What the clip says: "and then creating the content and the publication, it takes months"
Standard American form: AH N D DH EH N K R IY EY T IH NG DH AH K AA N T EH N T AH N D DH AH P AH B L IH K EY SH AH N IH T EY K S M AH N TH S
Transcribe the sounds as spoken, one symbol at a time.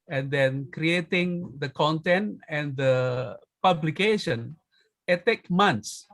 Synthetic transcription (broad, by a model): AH N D EH N K R IY EY T IH NG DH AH K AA N T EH N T AH N D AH P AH B L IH K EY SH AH N IH T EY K M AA N S